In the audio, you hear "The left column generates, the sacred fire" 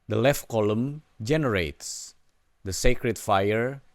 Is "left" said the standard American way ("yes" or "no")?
yes